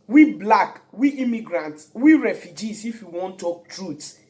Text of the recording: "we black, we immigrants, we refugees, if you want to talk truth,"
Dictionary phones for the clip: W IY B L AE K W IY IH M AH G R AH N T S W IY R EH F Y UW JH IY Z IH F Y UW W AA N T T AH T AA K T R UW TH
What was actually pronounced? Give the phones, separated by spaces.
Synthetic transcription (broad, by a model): W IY B L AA K W IY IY M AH G R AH N T W IY R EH F Y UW JH IY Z IH F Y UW W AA N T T T AA K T R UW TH